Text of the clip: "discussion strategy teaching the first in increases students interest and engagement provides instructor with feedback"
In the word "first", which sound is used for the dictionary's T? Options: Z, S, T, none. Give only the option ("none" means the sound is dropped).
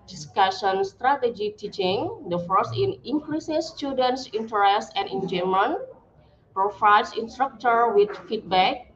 none